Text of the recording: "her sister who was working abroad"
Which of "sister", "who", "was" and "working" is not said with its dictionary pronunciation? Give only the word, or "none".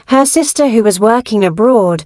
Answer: none